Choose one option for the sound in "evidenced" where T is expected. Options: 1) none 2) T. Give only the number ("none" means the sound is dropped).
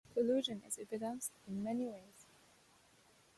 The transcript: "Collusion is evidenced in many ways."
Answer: 1